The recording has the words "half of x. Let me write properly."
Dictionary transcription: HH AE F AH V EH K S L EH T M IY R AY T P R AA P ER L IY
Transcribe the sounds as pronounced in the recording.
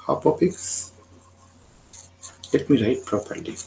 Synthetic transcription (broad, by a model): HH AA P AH P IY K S L EH T M IY R AY T P R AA P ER L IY